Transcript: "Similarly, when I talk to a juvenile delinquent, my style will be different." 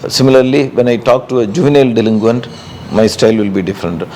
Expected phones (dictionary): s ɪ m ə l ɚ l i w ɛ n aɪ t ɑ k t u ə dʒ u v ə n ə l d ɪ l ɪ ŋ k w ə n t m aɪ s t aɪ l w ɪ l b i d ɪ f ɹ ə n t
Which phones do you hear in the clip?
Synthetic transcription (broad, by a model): s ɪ m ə l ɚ l i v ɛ n aɪ t ɑ k t u ə dʒ u v ə n ə l d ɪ l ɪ ŋ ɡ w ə n t m aɪ s t aɪ l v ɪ l b i d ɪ f ɹ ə n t